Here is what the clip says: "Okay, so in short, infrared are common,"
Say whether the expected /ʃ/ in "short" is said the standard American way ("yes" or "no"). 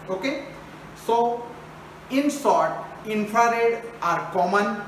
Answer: no